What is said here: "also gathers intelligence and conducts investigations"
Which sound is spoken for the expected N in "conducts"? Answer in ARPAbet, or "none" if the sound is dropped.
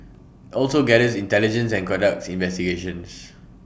none